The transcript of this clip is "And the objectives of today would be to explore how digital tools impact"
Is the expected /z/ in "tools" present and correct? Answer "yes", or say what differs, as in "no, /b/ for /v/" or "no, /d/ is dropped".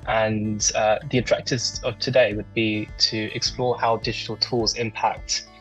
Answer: yes